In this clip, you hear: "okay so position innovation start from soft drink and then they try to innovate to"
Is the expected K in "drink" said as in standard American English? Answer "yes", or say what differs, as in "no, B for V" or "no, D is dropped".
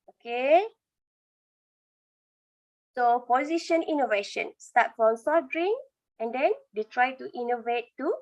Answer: no, K is dropped